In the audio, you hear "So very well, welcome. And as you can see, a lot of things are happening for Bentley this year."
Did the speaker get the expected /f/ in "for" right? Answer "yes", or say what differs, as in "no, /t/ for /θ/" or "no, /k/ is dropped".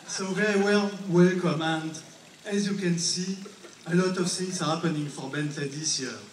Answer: yes